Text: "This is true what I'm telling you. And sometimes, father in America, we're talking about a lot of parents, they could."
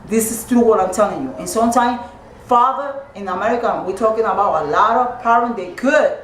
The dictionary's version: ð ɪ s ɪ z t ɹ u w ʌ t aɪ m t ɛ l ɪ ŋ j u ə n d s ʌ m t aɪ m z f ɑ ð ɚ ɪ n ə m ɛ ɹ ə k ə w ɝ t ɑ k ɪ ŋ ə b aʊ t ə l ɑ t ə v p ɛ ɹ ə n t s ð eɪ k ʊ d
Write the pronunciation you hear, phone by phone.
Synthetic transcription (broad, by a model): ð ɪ s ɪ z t ɹ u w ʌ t aɪ m t ɛ l ɪ ŋ j u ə n s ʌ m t aɪ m f ɑ ð ɚ ɪ n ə m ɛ ɹ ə k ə w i t ɑ k ɪ ŋ ə b aʊ t ə l ɑ t ə v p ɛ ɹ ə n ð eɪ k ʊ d